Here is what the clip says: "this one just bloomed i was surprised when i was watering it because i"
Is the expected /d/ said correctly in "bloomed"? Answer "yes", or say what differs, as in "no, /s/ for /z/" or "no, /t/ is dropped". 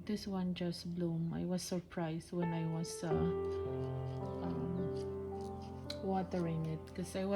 no, /d/ is dropped